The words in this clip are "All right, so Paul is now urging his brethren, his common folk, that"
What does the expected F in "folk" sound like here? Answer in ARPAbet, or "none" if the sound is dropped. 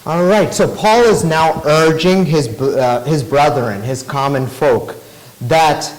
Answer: F